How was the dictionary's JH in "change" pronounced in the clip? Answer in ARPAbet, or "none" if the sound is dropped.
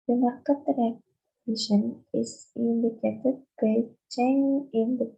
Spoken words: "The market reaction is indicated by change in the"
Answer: none